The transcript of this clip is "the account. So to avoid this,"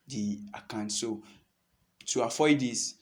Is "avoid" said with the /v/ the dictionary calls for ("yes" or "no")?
no